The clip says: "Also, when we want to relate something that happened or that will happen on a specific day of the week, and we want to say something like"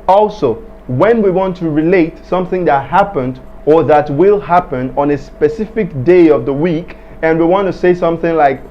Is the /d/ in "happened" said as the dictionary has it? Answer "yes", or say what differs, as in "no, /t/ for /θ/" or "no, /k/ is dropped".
yes